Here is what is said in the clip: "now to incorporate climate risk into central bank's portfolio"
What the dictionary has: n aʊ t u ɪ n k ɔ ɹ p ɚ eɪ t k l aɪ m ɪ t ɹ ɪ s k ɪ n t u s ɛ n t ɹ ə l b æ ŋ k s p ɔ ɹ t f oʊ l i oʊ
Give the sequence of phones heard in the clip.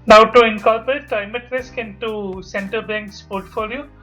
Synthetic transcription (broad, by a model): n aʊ t u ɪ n k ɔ l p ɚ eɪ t k l aɪ m ɪ t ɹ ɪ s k ɪ n t u s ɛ n t ə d b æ ŋ k s p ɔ ɹ t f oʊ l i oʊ